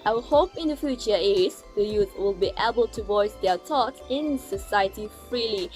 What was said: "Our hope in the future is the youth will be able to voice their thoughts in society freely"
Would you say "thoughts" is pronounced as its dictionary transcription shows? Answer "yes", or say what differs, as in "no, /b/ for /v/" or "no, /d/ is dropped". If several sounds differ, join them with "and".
no, /s/ is dropped